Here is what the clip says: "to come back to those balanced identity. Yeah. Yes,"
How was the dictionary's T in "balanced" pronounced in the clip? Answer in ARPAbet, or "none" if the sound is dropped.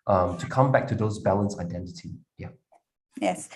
none